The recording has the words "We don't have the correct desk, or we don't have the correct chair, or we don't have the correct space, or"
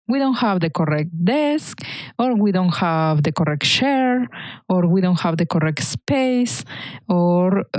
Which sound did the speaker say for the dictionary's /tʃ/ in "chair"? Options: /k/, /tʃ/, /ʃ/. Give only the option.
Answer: /ʃ/